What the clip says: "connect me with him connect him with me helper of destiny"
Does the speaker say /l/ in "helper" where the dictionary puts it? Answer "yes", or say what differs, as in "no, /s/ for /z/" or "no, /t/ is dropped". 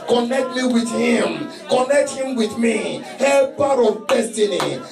no, /l/ is dropped